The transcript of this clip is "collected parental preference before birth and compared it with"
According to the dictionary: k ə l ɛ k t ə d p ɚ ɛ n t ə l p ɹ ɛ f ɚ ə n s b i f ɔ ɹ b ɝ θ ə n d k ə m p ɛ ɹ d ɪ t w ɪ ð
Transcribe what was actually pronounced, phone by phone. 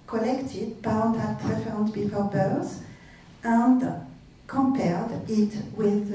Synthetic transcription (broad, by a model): k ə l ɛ k t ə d b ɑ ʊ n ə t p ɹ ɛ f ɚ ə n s b i f ɔ ɹ b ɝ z ə n d k ə m p ɛ ɹ d ɪ t w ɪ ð